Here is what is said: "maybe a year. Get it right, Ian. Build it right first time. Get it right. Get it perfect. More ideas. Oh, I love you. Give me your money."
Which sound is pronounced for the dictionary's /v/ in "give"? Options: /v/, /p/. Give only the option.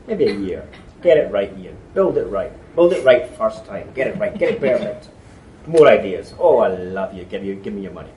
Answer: /v/